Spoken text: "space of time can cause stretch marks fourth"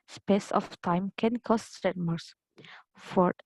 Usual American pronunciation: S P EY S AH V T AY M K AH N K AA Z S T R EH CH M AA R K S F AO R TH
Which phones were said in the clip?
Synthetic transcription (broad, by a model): S P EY S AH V T AY M K AH N K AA S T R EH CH M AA R S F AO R